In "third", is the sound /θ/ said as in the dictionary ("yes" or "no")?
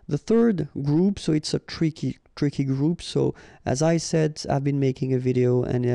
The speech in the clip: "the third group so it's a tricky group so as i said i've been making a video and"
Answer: yes